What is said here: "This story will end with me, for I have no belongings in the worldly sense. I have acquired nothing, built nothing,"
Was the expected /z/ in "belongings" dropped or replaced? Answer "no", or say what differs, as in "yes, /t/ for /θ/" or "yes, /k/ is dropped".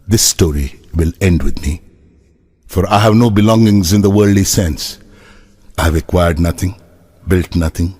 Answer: no